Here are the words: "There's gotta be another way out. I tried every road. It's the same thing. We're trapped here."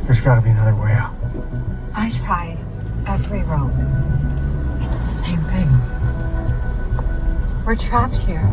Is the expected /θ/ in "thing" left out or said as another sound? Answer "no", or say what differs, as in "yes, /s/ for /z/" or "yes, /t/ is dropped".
no